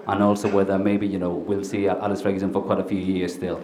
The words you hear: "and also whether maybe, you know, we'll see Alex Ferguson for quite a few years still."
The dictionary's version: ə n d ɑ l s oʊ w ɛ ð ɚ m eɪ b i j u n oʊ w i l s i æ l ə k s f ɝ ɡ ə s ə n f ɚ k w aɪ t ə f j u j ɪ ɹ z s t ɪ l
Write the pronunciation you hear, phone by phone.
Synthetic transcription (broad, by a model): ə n ɑ l s oʊ w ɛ ð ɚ m eɪ b i j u n oʊ w i l s i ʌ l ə s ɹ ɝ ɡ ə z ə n f ɚ k w aɪ t ə f j u j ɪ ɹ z s t ɪ l